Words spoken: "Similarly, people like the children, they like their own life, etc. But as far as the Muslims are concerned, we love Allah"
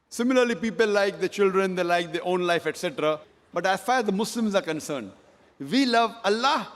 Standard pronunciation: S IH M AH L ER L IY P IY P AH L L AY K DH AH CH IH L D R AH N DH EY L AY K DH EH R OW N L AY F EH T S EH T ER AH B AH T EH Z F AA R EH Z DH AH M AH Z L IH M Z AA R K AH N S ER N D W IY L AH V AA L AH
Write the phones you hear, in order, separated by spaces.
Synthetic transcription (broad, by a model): S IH M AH L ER L IY P IY P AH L L AY K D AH CH IH L D R AH N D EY L AY K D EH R OW N L AY F EH T S EH T ER AH B AH T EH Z F AA R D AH M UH S L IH M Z AA R K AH N S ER N D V IY L AH V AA L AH